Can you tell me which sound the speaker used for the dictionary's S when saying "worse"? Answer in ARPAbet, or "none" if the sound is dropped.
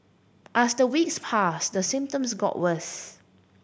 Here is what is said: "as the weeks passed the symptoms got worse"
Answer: TH